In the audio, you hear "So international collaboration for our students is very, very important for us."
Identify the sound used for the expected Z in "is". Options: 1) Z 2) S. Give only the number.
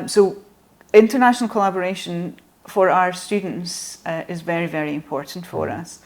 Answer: 1